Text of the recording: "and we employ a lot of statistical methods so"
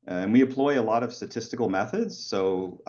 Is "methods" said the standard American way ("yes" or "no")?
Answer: yes